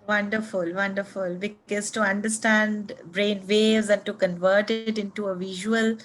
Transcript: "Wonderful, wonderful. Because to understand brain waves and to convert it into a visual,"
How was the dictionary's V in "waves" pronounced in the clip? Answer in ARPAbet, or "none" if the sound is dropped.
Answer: none